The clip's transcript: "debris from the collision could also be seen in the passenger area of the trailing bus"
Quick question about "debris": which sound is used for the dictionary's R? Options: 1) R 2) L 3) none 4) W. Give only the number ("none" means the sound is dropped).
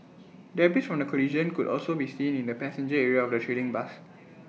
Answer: 3